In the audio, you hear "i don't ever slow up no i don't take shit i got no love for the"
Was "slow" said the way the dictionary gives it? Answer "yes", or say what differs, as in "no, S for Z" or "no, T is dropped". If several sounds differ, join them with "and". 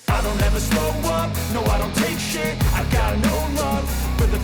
no, L is dropped